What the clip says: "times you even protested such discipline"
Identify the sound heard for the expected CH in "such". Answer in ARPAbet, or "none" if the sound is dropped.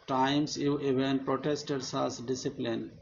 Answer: S